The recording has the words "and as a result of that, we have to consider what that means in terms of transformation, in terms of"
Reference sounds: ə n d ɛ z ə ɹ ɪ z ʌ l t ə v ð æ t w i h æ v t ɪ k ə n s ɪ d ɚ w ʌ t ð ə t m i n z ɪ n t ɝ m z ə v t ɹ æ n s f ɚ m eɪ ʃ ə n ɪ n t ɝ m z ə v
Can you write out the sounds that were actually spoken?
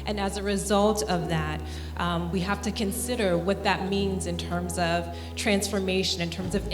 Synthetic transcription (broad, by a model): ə n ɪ z ə ɹ ɪ z ʌ l t ə v ð æ t w i h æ f t ɪ k ə n s ɪ d ɚ w ʌ t ð ə t m i n z ɪ n t ɝ m z ə v t ɹ æ n s f ɚ m eɪ ʃ ə n ɪ n t ɝ m z ə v